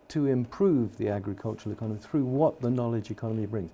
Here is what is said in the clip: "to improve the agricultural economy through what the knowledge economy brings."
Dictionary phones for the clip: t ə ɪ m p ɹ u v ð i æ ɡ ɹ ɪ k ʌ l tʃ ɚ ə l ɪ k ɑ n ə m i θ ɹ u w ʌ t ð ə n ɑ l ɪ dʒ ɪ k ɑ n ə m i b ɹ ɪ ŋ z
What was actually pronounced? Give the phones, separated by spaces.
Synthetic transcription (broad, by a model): t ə ɪ m p ɹ u v ð i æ ɡ ɹ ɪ k ʌ l tʃ ɚ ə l ɪ k ɑ n ə m i θ ɹ u w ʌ t ð ə n ɑ l ɪ dʒ ɪ k ɑ n ə m i b ɹ ɪ ŋ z